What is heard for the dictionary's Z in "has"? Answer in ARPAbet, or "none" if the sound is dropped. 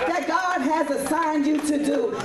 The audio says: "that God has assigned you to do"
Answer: Z